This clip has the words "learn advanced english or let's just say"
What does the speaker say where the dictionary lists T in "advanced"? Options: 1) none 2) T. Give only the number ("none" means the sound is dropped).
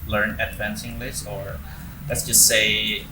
1